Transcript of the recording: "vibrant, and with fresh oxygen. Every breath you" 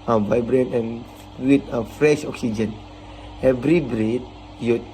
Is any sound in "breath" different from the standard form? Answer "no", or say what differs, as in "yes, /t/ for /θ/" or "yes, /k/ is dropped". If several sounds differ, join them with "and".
yes, /t/ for /θ/